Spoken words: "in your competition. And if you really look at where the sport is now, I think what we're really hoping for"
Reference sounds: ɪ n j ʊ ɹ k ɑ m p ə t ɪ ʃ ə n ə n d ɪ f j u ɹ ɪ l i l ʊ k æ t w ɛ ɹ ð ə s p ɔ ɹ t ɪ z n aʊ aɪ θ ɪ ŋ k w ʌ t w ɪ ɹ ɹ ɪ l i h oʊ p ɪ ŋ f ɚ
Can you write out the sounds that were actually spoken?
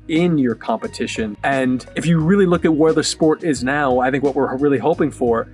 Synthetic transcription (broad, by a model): ɪ n j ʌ ɹ k ɑ m p ə t ɪ ʃ ə n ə n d ɪ f j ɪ ɹ ɪ l i l ʊ k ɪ t w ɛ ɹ ð ə s p ɔ ɹ t ɪ z n aʊ aɪ θ ɪ ŋ k w ʌ t w ɪ ɹ ɹ ɪ l i h oʊ p ɪ ŋ f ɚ